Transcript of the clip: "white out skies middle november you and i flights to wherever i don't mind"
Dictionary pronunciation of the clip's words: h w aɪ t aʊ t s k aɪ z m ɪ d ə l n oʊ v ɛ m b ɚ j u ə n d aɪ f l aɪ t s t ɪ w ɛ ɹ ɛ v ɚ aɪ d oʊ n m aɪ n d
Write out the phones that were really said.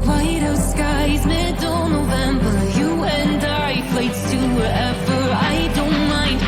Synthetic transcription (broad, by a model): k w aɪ t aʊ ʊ s k aɪ z m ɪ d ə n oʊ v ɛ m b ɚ j u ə n d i p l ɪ t s t ɪ w ɛ ɹ ɛ v ɚ aɪ d oʊ n m aɪ n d